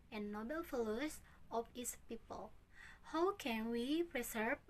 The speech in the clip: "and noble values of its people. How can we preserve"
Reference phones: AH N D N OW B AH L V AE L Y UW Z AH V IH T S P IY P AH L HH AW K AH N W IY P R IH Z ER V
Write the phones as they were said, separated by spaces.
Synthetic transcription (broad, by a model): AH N N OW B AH L F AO L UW S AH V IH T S P IY P AH L HH AW K AH N W IY P R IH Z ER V